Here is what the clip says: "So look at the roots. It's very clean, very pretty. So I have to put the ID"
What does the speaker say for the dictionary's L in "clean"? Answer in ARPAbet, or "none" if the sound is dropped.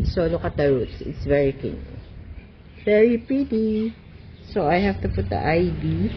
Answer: none